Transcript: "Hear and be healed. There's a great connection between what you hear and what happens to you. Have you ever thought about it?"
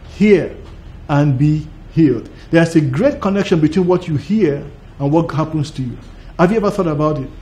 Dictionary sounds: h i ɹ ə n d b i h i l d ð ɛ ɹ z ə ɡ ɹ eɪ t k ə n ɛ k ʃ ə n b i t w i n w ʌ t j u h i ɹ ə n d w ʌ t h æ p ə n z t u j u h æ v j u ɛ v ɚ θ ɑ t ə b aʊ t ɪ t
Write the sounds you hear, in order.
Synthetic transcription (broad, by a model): h i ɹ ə n b i h i l d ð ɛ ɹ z ə ɡ ɹ eɪ t k ə n ɛ k ʃ ə n b i t w i n w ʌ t j u h i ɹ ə n w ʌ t h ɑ p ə n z t u j u h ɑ v j u ɛ v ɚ θ ɑ t ə b aʊ t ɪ t